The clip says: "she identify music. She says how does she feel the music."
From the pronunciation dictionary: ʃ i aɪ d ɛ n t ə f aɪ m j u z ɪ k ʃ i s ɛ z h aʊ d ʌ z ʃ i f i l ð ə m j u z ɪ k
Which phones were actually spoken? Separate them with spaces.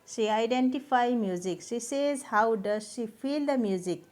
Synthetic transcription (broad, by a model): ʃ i aɪ d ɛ n t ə p aɪ m j u z ɪ k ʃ i s ɛ z h aʊ d ʌ z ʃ i p i l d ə m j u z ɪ k